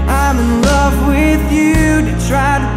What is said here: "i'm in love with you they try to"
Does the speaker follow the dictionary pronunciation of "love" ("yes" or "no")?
yes